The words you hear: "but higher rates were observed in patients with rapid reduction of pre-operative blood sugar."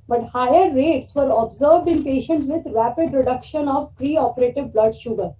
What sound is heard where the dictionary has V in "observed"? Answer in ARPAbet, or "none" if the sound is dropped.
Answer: V